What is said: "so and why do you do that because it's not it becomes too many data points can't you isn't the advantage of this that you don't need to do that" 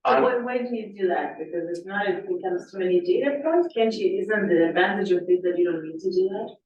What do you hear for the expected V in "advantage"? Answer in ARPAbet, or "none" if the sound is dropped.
V